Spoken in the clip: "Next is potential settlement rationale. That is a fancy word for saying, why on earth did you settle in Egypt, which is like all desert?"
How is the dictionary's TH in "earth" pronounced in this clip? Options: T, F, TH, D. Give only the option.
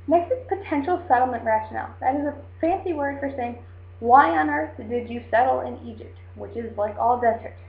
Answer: TH